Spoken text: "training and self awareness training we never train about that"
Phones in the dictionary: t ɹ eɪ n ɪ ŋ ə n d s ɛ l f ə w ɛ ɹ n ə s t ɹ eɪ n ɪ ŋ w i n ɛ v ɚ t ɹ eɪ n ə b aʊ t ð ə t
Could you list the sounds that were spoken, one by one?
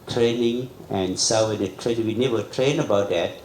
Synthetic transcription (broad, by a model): t ɹ eɪ n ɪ ŋ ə n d s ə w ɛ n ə t ɹ eɪ n ɪ ŋ w i n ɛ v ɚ t ɹ eɪ n ə b aʊ t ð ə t